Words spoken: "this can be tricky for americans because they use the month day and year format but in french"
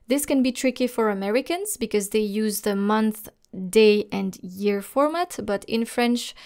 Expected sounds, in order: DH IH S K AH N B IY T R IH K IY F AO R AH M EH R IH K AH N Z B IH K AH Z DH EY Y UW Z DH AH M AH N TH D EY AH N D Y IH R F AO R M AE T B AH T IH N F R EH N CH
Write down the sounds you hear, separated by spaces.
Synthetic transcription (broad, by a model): DH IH S K AH N B IY T R IH K IY F AO R AH M EH R IH K AH N Z B IH K AH Z DH EY Y UW Z DH AH M AH N TH D EY AH N D Y IH R F AO R M AE T B AH T IH N F R EH N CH